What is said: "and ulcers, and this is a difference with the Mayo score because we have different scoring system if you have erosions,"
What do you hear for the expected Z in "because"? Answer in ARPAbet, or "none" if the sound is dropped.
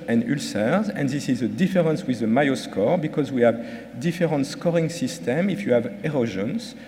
Z